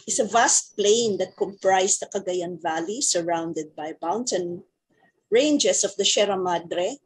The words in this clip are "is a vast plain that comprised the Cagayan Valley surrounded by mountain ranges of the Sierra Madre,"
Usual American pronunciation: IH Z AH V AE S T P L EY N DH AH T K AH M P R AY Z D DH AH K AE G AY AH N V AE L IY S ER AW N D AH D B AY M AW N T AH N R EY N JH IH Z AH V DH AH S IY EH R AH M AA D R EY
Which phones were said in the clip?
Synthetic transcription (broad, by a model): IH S AH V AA S T P L EY N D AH T K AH M P R AY S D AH K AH G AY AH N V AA L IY S ER AW N D AH D B AY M AW N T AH N R EY N JH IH S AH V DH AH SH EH R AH M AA D R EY